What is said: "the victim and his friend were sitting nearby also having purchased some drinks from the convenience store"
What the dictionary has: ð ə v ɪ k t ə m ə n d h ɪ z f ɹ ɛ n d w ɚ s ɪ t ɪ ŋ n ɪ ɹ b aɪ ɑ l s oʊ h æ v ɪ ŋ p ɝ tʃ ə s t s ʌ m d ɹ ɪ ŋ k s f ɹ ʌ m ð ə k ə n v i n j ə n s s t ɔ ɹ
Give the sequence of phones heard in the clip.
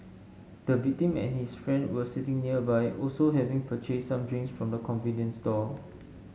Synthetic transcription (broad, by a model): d ə v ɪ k t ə m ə n h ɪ s f ɹ ɛ n d w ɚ s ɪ t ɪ ŋ n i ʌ b aɪ ɑ l s oʊ h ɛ v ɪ ŋ p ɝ tʃ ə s s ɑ m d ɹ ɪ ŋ s f ɹ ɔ m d ə k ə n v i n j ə n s s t ɔ